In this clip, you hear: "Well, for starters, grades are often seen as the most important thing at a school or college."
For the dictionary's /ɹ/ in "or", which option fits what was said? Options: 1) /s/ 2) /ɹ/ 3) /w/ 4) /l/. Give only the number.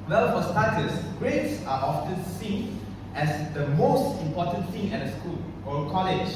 4